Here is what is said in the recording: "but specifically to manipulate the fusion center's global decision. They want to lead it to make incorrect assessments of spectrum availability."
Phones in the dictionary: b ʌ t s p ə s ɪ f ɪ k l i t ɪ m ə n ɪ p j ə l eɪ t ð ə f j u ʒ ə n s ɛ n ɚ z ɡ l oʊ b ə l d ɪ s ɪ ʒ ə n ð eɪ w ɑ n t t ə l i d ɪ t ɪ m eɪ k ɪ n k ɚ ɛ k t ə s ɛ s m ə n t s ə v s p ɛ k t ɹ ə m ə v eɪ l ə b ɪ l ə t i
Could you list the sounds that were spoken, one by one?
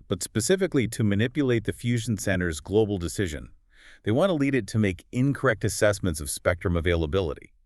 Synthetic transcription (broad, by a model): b ʌ t s p ə s ɪ f ɪ k l i t ɪ m ə n ɪ p j ə l eɪ t ð ə f j u ʒ n s ɛ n ɚ z ɡ l oʊ b l d ɪ s ɪ ʒ ə n ð eɪ w ɑ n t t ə l i d ɪ t ɪ m eɪ k ɪ n k ɚ ɛ k t ə s ɛ s m ə n t s ə v s p ɛ k t ɹ ə m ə v eɪ l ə b ɪ l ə t i